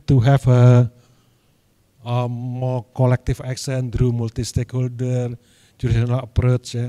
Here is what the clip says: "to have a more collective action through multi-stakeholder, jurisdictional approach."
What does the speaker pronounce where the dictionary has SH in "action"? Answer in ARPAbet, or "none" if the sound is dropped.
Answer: S